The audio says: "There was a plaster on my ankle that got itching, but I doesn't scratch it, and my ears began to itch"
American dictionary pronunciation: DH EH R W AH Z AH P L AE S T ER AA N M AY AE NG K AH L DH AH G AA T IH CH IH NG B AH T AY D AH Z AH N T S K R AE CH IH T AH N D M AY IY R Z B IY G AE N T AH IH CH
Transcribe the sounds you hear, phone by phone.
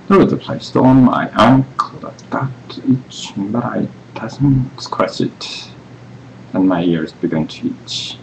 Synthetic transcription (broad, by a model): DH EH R W AH Z AH P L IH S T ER AA N M AY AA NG K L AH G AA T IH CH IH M B AH T AY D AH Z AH N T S K W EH S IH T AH N M AY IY R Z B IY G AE N T AH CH